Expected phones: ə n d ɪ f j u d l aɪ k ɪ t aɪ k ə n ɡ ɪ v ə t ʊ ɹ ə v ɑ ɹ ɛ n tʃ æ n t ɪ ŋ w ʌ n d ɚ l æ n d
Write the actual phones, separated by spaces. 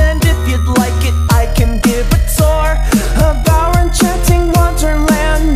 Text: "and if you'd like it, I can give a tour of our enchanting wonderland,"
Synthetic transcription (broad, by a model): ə n d ɪ f j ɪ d l aɪ k ɪ t aɪ k ə n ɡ ɪ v ə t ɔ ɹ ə b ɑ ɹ ɛ n tʃ æ n t ɪ ŋ w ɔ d ɚ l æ n